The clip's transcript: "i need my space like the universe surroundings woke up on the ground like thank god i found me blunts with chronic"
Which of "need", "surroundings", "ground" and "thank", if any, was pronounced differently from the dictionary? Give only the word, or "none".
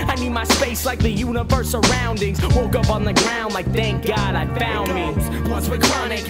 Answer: none